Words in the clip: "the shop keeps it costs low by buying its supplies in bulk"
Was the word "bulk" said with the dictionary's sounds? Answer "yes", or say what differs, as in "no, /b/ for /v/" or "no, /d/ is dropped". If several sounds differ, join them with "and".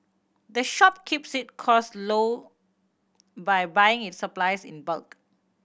yes